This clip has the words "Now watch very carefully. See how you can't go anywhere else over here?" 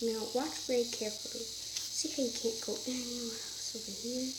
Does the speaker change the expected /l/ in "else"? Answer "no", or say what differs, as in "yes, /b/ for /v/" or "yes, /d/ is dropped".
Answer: yes, /l/ is dropped